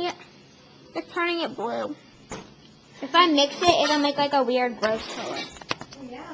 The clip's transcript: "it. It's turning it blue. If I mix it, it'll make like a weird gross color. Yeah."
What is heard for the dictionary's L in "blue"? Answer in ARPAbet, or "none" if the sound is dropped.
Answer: L